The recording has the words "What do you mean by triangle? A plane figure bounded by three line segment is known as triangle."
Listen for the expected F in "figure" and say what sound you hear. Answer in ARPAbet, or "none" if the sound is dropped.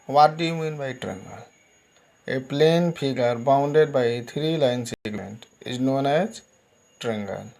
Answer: P